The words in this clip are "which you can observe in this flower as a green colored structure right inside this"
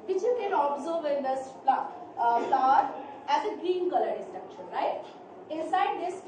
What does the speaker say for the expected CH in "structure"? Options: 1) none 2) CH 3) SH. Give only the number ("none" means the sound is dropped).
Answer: 3